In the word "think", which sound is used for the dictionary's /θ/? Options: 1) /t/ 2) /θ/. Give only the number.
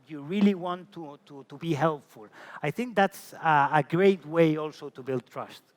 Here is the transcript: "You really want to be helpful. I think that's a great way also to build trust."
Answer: 2